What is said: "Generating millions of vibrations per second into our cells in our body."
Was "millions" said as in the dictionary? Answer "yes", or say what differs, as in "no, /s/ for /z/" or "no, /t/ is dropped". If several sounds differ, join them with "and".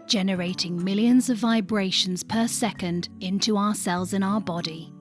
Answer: yes